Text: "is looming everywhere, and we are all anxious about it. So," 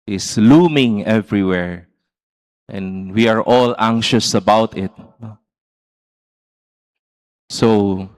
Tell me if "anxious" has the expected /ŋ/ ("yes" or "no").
yes